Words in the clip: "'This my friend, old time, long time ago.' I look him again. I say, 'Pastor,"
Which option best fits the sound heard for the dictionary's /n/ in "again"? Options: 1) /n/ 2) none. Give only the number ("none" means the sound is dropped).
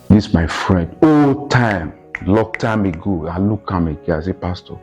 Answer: 2